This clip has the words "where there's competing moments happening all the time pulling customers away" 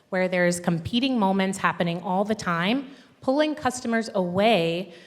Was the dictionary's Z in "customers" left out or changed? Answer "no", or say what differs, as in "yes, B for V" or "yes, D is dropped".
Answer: no